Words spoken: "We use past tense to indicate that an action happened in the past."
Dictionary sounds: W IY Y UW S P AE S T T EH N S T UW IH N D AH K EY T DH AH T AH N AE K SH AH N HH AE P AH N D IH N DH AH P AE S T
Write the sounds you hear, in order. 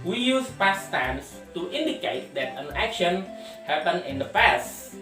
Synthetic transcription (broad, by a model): W IY Y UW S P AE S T T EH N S T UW IH N D AH K EY T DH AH T AH N AE K SH AH N HH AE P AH N IH N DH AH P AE S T